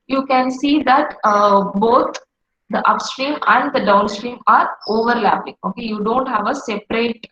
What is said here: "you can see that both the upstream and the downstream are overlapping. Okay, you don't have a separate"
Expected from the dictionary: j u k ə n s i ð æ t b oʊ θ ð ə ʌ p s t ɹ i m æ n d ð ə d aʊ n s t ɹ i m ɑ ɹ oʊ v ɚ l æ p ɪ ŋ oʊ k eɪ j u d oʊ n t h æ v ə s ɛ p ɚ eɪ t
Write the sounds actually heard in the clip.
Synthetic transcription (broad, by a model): j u k ə n s i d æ t b oʊ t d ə ʌ p s t ɹ i m æ n d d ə d aʊ n s t ɹ i m ɑ ɹ oʊ v ɚ l æ p ɪ ŋ oʊ k eɪ j u d oʊ n t h æ v ə s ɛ p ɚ eɪ t